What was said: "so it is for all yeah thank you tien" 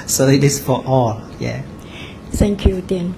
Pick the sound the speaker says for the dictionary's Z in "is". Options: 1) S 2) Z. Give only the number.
1